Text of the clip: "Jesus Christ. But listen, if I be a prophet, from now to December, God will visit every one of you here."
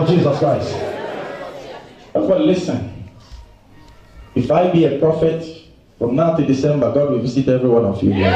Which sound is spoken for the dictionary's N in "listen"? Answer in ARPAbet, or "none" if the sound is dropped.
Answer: N